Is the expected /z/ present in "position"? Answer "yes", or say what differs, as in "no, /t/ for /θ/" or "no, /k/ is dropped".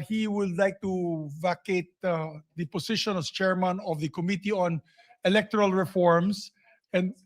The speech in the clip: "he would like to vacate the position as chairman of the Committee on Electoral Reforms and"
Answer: no, /s/ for /z/